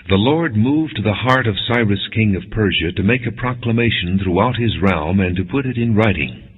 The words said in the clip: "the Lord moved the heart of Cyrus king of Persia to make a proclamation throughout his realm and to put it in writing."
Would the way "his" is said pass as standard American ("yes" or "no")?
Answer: yes